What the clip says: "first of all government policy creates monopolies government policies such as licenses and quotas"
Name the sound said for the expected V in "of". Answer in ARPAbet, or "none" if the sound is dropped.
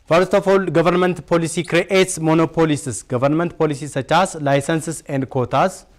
F